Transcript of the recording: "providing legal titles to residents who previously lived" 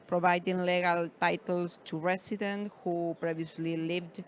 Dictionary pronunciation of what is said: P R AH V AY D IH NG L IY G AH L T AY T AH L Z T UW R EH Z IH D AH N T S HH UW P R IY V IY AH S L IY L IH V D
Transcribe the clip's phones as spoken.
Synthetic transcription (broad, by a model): P R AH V AY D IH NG L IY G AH L T AY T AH L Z T UW R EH S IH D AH N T HH UW P R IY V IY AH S L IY L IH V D